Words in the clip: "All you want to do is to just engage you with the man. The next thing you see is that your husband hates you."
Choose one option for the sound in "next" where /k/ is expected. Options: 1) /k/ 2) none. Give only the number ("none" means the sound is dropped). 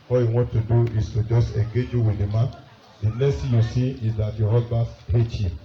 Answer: 2